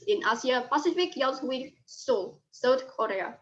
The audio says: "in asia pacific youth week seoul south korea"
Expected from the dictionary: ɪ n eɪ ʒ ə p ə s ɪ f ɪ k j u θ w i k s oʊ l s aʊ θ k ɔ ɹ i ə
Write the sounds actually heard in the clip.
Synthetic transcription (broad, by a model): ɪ n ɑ s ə p ə s ɪ f ɪ k j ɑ s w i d s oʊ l s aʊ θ k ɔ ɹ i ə